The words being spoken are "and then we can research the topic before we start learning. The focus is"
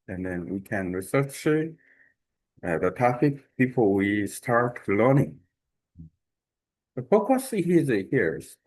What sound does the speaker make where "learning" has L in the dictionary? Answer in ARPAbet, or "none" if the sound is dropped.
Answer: L